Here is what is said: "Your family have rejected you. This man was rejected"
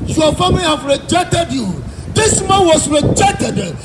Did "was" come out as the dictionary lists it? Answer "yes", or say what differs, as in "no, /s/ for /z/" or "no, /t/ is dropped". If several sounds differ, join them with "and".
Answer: no, /s/ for /z/